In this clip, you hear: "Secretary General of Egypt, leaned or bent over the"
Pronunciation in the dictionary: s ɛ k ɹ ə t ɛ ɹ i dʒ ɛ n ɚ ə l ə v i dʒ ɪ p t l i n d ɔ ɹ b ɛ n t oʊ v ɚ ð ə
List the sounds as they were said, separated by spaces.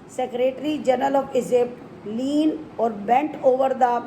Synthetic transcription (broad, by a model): s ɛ k ɹ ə t ɹ i dʒ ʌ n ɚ ə l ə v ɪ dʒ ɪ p l i n ɔ ɹ b ɛ n t oʊ v ɚ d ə